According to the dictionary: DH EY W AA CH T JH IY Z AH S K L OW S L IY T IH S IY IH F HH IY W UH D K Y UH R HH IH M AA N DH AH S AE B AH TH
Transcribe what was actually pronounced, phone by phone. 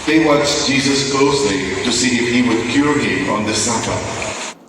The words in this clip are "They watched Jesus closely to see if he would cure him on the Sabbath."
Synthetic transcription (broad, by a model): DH EY W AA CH JH IY Z AH S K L OW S L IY T IH S IY IH F HH IY W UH D K Y UH R HH IH M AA N DH AH S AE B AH